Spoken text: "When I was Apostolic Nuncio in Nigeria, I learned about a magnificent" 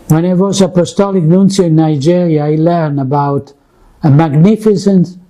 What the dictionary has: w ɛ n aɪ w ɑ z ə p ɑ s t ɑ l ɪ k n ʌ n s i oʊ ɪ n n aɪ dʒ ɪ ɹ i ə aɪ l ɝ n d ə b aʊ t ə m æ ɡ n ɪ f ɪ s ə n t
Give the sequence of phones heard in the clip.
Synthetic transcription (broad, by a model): w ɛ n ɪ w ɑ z ə p ɑ s t ɑ l ɪ k n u n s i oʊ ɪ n n aɪ dʒ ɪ ɹ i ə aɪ l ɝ n ə b aʊ t ə m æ ɡ n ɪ f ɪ s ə n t